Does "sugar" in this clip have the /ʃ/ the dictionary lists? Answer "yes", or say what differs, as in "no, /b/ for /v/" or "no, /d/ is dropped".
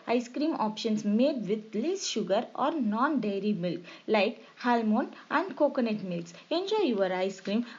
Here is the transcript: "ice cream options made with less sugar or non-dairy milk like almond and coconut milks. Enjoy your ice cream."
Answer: yes